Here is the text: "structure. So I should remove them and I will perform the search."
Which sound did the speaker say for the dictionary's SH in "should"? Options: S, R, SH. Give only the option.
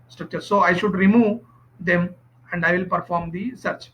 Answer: SH